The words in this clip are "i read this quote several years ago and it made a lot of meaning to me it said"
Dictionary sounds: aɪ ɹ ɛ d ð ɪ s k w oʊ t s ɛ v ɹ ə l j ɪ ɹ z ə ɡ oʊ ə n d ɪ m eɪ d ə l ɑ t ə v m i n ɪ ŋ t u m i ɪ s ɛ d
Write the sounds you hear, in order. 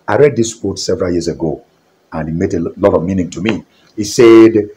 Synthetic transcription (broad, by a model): aɪ ɹ ɛ d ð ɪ s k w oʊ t s ɛ v ɹ ə l j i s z ə ɡ oʊ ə n ɪ m eɪ d ə l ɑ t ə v m i n ɪ ŋ t u m i ɪ s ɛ d